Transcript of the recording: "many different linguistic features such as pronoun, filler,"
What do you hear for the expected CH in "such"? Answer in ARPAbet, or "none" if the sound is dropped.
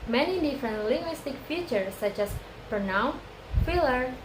CH